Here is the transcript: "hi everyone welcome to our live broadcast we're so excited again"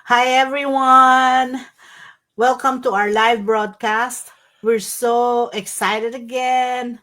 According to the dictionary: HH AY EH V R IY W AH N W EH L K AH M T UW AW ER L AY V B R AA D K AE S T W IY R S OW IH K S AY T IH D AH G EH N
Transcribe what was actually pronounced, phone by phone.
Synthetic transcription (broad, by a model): HH AY EH V R IY W AH N W EH L K AH M T UW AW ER L AY V B R AA D K AE S T W IY R S OW IH K S AY T IH D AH G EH N